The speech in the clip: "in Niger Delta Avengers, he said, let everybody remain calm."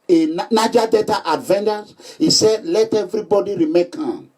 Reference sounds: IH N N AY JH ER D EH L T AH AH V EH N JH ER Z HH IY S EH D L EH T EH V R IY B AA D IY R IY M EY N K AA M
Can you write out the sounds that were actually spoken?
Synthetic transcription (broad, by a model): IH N N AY JH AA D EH T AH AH V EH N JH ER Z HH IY S EH D L EH T EH V R IY B AA D IY R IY M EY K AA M